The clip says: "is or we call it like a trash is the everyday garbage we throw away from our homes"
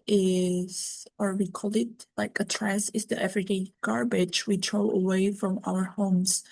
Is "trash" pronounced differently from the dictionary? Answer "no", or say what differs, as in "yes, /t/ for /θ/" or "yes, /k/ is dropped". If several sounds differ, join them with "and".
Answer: yes, /s/ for /ʃ/